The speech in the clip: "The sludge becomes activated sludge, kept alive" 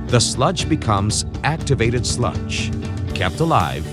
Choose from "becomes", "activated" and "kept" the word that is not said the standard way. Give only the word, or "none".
none